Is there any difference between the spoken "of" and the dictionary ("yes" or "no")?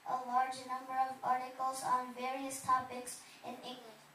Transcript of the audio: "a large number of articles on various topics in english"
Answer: no